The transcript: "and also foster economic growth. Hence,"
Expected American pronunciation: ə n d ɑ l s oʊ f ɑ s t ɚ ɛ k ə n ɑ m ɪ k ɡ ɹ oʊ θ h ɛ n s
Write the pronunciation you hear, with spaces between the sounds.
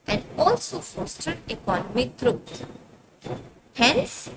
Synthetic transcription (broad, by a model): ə n d ɑ l s oʊ f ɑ s t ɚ ɛ k ə n ɑ m ɪ k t ɹ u t h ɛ n s